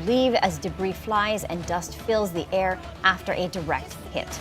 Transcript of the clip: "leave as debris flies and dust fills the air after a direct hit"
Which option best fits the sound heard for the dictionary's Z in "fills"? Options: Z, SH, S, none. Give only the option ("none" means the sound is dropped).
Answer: Z